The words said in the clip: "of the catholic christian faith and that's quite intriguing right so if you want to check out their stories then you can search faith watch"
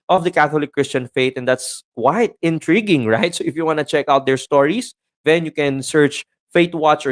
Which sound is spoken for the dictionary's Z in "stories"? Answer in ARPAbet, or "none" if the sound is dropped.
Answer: S